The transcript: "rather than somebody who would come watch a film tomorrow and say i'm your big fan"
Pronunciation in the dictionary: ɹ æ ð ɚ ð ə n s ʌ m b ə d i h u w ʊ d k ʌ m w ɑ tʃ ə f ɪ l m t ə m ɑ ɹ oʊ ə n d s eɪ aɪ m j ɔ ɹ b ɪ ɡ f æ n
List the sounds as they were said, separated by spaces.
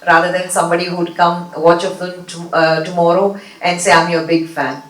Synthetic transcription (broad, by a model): ɹ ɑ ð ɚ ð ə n s ʌ m b ə d i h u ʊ d k ʌ m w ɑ tʃ ə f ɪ m t ə m ɑ ɹ oʊ ə n d s eɪ aɪ m j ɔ b ɪ ɡ f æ n